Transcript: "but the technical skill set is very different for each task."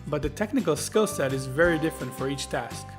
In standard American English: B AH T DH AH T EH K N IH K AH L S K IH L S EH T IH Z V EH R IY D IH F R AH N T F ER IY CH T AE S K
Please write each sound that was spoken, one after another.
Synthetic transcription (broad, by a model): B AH T DH AH T EH K N IH K AH L S K IH L S EH T IH Z V EH R IY D IH F R AH N T F ER IY CH T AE S K